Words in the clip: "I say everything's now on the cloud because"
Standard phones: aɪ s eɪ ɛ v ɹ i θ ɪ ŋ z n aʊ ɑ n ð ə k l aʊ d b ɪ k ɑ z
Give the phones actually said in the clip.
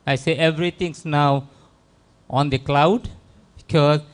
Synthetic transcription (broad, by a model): aɪ s eɪ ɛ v ɹ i t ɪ ŋ s n aʊ ɑ n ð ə k l aʊ d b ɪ k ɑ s